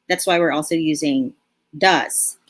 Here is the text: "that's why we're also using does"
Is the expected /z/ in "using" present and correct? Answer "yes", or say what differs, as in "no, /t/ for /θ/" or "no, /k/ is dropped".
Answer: yes